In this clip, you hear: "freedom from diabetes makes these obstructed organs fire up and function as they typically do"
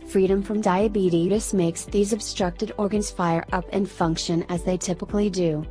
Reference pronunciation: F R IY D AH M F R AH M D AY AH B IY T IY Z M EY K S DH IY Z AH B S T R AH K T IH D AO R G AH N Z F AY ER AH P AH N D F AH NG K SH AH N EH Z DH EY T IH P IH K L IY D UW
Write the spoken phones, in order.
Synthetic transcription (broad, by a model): F R IY D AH M F R AH M D AY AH B IY T IY S M EY K S DH IY Z AH B S T R AH K T IH D AO R G AH N Z F AY ER AH P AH N F AH NG K SH AH N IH Z DH EY T IH P IH K L IY D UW